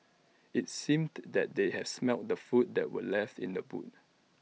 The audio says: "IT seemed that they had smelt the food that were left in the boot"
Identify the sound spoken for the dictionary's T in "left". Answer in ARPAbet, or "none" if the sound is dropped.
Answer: T